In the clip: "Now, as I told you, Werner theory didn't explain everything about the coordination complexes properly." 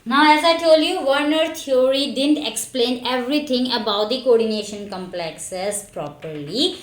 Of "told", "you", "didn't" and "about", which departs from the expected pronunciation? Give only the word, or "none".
none